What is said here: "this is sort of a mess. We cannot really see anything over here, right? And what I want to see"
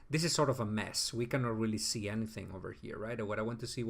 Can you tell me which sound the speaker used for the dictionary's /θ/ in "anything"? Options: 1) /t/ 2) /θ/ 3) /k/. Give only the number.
2